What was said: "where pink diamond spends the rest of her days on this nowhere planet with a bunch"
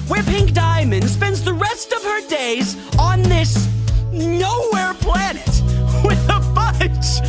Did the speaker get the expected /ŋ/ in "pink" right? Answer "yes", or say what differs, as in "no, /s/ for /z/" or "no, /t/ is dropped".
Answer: yes